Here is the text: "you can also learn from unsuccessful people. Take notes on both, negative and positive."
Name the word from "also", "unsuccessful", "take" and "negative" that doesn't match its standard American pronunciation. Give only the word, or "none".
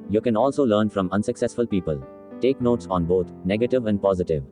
none